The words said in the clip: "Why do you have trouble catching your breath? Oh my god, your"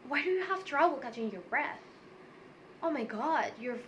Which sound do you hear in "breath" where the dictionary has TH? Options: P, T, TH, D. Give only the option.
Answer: TH